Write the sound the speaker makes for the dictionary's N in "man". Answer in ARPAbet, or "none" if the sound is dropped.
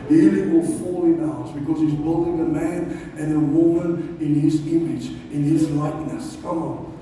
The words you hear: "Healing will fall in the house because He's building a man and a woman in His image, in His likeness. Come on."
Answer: N